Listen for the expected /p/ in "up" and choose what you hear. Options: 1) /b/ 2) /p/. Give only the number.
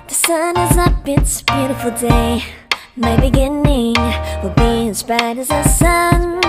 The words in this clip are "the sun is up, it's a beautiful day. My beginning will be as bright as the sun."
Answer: 1